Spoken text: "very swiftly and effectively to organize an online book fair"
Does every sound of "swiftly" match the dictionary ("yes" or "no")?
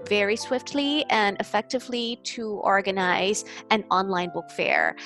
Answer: yes